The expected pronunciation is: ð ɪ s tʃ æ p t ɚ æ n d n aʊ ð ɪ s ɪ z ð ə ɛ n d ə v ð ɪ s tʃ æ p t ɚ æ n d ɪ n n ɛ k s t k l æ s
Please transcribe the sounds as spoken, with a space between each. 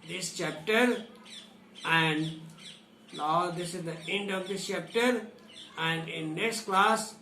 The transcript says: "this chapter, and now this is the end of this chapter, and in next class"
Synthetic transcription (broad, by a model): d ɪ s tʃ æ p t ɚ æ n d l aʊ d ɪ s ɪ z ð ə ɛ n d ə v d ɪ s tʃ æ p t ɚ æ n d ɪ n n ɛ k s t k l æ s